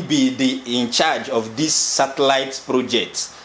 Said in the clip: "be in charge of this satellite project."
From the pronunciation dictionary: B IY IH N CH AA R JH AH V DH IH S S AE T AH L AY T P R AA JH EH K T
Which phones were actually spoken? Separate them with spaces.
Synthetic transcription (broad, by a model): B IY IH N CH AA R JH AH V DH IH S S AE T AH L AY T P R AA JH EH K T